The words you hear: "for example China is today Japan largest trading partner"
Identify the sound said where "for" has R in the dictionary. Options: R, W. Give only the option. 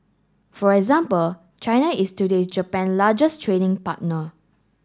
R